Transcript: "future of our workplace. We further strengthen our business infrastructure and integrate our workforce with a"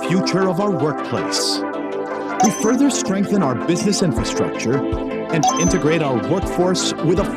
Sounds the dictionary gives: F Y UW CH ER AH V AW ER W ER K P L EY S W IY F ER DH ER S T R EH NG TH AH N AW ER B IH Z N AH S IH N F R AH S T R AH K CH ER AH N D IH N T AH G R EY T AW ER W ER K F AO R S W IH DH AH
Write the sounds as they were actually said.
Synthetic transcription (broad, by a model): F Y UW CH ER AH V AW ER W ER K P L EY S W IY F ER DH ER S T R EH NG TH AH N AW ER B IH Z N AH S IH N F R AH S T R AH K CH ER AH N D IH N T AH G R EY T AW ER W ER K F AO R S W IH DH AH